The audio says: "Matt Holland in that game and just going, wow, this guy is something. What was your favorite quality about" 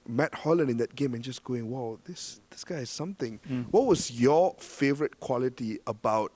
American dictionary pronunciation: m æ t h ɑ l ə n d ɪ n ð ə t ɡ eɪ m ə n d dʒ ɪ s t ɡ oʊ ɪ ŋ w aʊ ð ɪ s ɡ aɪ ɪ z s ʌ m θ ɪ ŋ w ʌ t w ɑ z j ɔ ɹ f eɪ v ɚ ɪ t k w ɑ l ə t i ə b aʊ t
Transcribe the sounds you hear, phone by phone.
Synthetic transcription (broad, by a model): m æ t h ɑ l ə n ɪ n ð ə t ɡ eɪ m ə n dʒ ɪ s ɡ oʊ ɪ ŋ w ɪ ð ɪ s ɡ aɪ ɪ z s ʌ m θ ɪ ŋ w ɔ t w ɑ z j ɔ f eɪ v ɚ ɪ t k w ɑ l ə t i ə b aʊ t